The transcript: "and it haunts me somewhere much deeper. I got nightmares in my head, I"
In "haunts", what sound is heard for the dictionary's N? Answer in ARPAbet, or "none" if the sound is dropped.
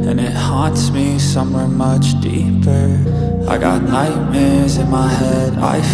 N